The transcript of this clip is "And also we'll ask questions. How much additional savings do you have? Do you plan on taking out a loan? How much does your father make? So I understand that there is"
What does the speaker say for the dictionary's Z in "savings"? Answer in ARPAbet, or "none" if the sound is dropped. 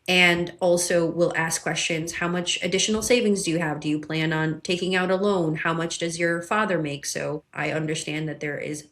Z